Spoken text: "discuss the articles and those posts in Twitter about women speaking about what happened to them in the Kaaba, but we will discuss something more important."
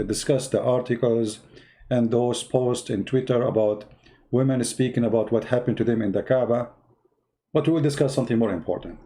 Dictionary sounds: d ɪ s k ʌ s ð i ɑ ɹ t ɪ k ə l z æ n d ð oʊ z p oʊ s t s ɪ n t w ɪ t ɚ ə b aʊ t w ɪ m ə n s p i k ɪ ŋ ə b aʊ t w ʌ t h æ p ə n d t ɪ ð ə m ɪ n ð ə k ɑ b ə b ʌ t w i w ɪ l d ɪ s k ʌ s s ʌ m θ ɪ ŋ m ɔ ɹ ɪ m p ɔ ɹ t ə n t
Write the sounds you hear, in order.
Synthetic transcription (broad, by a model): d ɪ s k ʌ s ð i ɑ ɹ t ɪ k ə l z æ n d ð oʊ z p oʊ s t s ɪ n t w ɪ t ɚ ə b aʊ t w ɪ m ə n s p i k ɪ ŋ ə b aʊ t w ʌ t h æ p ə n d t ɪ ð ə m ɪ n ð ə k ɑ b ə b ʌ t w i w ɪ l d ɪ s k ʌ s s ʌ m θ ɪ ŋ m ɔ ɹ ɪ m p ɔ ɹ t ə n t